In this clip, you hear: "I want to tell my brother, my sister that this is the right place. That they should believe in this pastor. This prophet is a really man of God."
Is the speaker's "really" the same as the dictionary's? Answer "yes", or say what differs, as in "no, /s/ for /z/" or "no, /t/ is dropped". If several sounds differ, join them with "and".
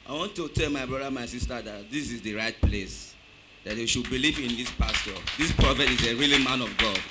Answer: yes